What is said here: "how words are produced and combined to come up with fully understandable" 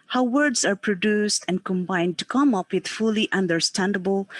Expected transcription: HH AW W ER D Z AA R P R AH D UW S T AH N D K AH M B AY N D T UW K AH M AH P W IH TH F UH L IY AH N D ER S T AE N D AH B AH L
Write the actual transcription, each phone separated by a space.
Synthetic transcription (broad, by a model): HH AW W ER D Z AA R P R AH D UW S T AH N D K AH M B AY N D T UW K AH M AH P W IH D F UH L IY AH N D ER S T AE N D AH B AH L